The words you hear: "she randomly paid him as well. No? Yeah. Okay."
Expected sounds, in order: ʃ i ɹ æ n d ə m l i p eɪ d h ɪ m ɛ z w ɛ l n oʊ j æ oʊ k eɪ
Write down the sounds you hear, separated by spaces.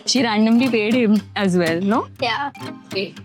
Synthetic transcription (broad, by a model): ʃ i ɹ æ n d ə m l i p eɪ d h ɪ m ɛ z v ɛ l n oʊ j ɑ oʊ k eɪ